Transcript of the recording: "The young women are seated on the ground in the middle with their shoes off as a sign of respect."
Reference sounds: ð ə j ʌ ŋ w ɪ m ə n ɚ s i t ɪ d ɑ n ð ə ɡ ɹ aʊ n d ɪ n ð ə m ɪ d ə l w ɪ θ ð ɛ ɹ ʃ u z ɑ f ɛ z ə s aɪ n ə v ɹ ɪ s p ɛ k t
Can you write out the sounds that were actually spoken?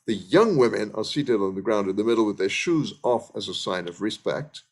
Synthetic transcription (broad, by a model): ð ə j ʌ ŋ w ɪ m ə n ɚ s i t ɪ d n ð ə ɡ ɹ aʊ n d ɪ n ð ə m ɪ d l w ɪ ð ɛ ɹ ʃ u z ɑ f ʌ z ə s aɪ n ə v ɹ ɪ s p ɛ k t